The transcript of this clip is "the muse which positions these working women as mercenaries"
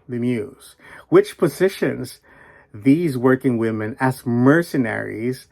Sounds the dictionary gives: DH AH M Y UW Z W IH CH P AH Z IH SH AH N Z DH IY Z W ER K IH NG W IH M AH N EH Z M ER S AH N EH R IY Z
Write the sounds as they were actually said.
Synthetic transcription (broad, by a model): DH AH M Y UW Z W IH CH P AH Z IH SH AH N Z DH IY Z W ER K IH NG W IH M AH N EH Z M ER S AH N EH R IY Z